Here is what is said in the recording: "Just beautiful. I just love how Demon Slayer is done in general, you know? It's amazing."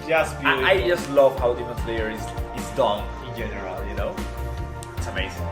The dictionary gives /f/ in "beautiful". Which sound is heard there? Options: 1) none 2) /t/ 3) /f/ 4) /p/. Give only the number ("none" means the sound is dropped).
1